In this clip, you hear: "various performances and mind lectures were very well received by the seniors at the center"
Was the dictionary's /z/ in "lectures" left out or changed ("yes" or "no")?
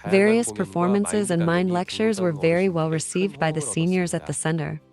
no